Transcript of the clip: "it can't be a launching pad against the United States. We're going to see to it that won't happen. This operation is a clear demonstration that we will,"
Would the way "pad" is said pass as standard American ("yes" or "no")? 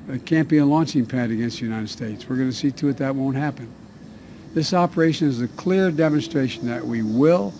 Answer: yes